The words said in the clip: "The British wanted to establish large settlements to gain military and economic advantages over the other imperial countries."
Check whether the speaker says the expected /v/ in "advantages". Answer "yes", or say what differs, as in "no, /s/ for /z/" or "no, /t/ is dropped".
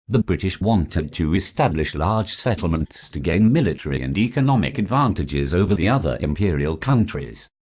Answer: yes